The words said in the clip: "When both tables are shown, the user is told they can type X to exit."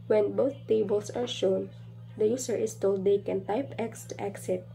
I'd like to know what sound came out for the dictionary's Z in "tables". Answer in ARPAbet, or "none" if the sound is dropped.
S